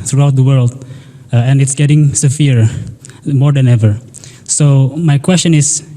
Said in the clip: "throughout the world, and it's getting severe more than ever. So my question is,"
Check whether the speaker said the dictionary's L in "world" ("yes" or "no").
yes